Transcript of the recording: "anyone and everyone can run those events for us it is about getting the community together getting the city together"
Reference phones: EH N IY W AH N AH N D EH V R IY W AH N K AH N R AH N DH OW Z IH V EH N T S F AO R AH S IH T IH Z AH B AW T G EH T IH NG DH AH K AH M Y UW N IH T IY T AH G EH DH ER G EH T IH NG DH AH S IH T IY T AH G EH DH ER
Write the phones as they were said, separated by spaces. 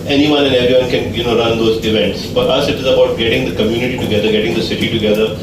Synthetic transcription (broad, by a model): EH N IY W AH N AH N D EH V R IY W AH N K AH N R AH N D OW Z IH V EH N T S F AO R AH S IH T IH Z AH B AW T G EH T IH NG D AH K AH M Y UW N IH T IY T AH G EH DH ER G EH T IH NG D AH S IH T IY T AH G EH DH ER